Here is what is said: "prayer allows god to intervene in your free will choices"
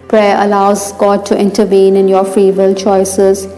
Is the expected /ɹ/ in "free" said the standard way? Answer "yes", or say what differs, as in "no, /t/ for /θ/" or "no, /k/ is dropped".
yes